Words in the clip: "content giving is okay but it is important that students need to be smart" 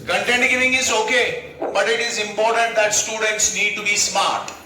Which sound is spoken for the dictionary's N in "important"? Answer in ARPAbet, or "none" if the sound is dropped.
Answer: N